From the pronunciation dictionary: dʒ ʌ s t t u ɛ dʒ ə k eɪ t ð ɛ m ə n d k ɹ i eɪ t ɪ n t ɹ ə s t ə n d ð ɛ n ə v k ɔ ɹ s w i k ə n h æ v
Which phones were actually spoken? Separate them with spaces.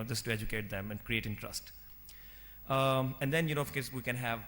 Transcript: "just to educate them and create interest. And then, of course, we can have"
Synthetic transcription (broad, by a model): dʒ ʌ s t t u ɛ dʒ ə k eɪ t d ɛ m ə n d k ɹ i eɪ t ɪ n t ɹ ə s t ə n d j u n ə f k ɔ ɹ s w i k ə n h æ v